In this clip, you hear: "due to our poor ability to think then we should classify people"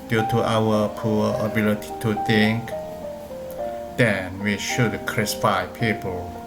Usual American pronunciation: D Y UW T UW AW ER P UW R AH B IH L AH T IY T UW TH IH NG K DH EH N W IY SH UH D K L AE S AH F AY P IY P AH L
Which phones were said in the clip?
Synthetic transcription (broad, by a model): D Y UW T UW AW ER P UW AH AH B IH L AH T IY T UW T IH NG K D EH N W IY SH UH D K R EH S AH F AY P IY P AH L